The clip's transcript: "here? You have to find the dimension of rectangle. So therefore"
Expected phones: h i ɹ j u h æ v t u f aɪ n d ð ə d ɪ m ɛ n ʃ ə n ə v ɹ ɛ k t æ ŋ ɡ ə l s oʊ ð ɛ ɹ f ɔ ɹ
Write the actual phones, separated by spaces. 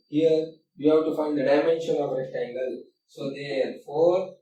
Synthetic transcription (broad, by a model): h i ɹ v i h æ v t u f aɪ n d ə d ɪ m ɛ n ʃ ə n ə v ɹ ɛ t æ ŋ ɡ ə l s oʊ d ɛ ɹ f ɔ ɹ